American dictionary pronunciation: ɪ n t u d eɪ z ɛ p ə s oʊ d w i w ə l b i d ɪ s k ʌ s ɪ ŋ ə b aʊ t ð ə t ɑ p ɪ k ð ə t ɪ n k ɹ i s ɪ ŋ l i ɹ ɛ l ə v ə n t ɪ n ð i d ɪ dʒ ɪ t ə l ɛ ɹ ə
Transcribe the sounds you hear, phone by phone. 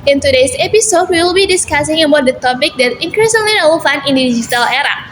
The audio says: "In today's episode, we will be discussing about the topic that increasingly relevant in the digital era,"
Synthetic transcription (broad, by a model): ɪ n t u d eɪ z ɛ p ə s oʊ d w i w l b i d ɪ s k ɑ s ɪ ŋ ə b aʊ t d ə t ɑ p ɪ k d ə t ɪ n k ɹ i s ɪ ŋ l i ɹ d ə w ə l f ɪ n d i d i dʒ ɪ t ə l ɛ ɹ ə